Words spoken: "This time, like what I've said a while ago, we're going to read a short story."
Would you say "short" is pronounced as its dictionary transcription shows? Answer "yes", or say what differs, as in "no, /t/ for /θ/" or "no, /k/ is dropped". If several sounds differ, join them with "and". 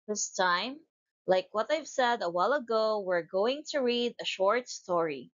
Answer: yes